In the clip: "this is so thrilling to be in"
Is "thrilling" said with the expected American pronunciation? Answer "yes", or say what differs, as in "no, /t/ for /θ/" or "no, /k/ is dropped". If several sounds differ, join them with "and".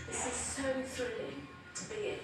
yes